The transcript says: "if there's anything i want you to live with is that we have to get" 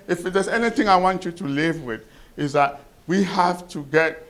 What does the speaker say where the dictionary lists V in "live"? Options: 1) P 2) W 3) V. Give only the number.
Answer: 3